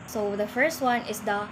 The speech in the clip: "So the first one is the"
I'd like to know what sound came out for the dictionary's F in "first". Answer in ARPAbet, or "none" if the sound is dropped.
F